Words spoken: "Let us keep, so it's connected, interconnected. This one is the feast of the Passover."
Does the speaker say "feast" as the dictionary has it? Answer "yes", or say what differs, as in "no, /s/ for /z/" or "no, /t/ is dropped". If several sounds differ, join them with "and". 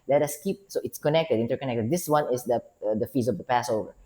no, /t/ is dropped